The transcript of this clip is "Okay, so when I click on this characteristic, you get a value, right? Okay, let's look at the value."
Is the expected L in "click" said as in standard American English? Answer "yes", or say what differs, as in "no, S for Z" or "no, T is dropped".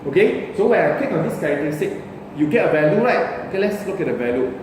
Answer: no, L is dropped